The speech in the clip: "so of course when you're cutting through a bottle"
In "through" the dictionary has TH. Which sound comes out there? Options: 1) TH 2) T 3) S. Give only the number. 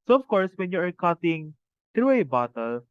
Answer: 2